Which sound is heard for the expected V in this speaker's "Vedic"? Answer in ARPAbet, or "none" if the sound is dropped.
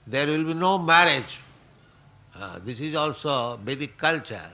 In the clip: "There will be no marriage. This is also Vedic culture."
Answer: B